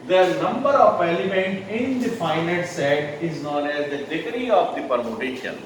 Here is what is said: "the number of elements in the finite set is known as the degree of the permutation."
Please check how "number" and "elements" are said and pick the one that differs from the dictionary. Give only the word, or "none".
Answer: elements